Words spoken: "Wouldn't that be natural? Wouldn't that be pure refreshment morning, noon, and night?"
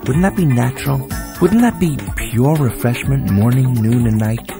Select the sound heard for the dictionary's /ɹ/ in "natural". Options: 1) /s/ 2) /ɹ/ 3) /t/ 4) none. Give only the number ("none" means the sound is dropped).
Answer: 2